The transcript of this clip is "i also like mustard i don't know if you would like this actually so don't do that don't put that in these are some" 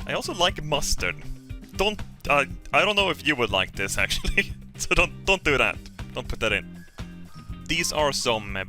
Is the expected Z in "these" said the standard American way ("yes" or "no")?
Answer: yes